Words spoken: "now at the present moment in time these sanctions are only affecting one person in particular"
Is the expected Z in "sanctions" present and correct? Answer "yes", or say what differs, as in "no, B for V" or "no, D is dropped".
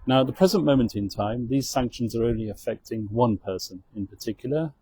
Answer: yes